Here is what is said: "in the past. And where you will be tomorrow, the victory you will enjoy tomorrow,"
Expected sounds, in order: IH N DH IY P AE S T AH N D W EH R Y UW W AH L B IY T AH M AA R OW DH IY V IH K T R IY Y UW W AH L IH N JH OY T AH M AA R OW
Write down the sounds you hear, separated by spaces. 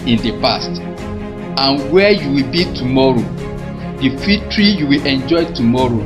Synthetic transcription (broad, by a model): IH N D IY P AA S T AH N W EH Y UW W AH L B IY T AH M AA R OW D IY F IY T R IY Y UW W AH L IH N JH OY T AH M AA R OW